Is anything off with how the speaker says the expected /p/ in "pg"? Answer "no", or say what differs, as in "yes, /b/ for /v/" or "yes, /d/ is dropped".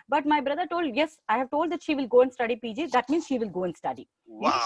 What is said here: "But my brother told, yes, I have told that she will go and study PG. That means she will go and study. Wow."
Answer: no